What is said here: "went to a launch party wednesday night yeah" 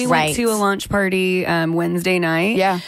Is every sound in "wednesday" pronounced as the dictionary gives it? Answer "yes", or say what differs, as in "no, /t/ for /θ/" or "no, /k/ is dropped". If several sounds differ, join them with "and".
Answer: yes